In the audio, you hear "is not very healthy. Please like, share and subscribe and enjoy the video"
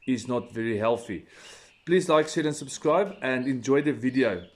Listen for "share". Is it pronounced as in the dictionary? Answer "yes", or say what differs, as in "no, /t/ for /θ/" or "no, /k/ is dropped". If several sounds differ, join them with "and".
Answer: no, /s/ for /ʃ/